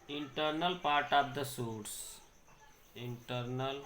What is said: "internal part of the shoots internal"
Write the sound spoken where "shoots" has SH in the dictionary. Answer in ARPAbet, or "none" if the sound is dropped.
S